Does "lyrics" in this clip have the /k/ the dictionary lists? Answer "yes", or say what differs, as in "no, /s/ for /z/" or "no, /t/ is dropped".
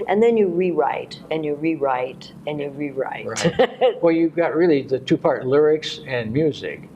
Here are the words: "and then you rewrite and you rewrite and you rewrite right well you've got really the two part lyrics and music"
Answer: yes